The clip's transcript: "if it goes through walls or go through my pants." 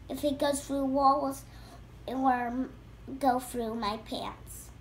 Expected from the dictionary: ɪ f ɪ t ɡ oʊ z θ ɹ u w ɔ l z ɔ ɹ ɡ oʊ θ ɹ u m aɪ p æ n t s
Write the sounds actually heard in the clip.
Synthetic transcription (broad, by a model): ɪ f ɪ t ɡ oʊ z θ ɹ u w ɔ l z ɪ w ɡ oʊ θ ɹ u m aɪ p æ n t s